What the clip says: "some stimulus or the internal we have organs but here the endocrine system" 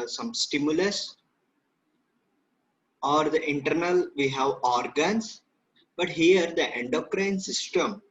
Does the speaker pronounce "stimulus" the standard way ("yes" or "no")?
yes